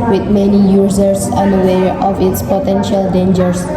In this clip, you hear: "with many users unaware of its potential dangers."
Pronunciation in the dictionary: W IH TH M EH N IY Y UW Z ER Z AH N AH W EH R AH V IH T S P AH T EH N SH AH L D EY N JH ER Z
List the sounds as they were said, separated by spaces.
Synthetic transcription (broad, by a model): W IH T M EH N IY Y UW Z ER S AH N AH W EH R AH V IH T S P AH T EH N SH AH L D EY N JH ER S